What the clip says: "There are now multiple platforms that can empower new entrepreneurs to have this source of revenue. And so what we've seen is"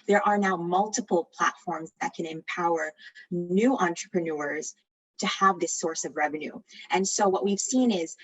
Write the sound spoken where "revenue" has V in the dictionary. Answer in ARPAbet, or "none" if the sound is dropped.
V